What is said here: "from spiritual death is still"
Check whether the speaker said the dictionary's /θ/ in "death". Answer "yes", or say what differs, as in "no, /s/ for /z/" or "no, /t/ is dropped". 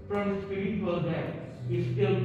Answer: no, /t/ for /θ/